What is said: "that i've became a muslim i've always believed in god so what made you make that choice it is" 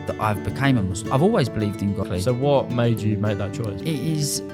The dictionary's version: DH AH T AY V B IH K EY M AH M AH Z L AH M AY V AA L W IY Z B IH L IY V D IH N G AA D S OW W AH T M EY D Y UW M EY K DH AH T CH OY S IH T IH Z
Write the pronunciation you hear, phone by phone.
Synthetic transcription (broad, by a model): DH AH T AY V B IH K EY AH M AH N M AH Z AY V AA L W IY Z B IH L IY V D IH N G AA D S OW W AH T M EY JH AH M EY K DH AH T CH OY S IH T IH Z